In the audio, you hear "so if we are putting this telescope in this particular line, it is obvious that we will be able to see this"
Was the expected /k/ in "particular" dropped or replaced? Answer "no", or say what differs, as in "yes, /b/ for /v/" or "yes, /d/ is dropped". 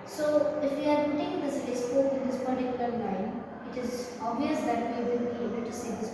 no